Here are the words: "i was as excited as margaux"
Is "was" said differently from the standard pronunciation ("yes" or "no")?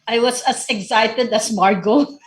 yes